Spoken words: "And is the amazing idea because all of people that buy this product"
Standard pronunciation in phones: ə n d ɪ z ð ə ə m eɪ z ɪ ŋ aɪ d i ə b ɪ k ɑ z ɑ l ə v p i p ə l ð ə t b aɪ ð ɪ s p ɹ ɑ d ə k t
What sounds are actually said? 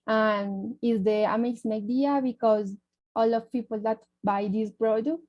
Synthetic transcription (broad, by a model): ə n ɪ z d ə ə m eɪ s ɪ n aɪ d i ə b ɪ k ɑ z ɑ l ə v p i p ə l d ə t b aɪ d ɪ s p ɹ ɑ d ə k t